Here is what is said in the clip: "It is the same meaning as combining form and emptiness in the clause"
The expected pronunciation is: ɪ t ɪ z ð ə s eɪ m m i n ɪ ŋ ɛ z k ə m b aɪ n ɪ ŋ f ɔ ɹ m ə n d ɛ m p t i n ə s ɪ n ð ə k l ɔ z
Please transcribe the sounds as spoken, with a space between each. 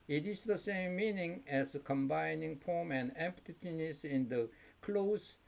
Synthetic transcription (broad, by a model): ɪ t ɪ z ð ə s eɪ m m i n ɪ ŋ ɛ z k ə m b aɪ n ɪ ŋ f ɔ m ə n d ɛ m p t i n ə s ɪ n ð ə k l ɔ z